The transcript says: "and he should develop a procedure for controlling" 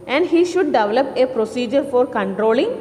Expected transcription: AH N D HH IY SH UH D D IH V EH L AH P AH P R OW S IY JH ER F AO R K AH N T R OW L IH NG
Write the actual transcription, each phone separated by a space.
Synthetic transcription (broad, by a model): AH N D HH IY SH UH D D IH V EH L AH P AH P R OW S IY JH ER F AO R K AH N T R OW L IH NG